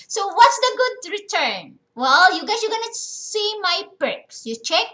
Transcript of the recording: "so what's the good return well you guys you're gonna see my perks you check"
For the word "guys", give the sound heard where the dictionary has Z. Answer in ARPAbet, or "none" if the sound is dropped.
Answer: S